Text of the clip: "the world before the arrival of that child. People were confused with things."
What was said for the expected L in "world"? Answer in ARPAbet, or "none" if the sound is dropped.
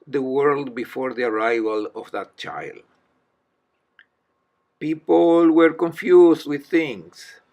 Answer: L